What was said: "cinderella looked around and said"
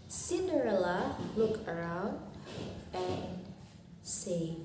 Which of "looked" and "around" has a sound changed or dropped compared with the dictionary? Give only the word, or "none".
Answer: looked